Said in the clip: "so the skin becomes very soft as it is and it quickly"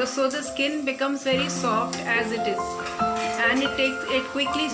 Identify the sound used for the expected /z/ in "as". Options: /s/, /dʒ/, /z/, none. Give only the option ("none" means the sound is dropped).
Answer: /z/